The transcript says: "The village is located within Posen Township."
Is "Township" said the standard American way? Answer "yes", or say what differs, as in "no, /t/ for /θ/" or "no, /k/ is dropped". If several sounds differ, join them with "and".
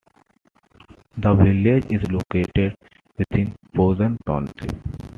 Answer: no, /p/ is dropped